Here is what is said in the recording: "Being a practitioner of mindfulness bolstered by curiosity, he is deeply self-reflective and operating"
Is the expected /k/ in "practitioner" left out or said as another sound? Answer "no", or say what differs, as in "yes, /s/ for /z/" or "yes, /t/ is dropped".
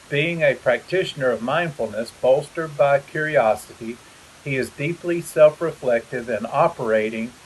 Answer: no